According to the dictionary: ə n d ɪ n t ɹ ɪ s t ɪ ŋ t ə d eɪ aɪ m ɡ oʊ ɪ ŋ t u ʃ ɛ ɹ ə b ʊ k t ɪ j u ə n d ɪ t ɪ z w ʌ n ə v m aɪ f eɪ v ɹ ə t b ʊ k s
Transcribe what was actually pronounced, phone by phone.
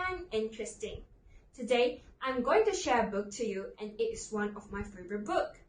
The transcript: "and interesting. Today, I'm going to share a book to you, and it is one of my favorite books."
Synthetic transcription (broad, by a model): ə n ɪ n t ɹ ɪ s t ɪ ŋ t ə d eɪ aɪ m ɡ oʊ ɪ ŋ t u ʃ ɛ ɹ ə b ʊ k t ɪ j u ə n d ɪ t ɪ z w ʌ n ə v m aɪ f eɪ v ə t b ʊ k